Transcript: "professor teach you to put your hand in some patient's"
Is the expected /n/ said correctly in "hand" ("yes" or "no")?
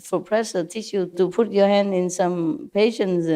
yes